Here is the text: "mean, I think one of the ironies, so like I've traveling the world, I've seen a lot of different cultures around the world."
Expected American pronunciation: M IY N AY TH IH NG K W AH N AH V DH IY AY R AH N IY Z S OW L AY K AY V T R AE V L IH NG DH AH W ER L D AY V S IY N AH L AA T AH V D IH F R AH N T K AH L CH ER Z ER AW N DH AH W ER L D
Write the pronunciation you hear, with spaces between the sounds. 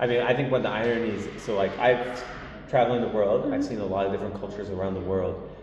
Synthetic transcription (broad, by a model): M IY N AY TH IH NG K W AH N DH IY AY R AH N IY Z S OW L AY K AY V T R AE V L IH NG DH AH W ER L D AY V S IY N AH L AA T AH V D IH F R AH N K AH L CH ER Z ER AW N DH AH W ER L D